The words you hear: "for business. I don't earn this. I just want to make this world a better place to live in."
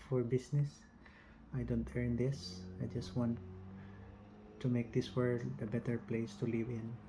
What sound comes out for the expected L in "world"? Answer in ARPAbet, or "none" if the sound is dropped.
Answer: none